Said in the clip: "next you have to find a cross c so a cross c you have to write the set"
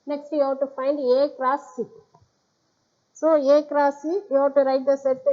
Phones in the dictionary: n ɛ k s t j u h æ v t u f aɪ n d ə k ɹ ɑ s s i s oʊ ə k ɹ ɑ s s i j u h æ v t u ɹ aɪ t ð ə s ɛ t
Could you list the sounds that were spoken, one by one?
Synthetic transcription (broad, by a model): n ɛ k s t j u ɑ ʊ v t u f aɪ n d ə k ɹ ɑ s s i s oʊ ə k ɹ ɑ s s i j u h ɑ t u ɹ aɪ t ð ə s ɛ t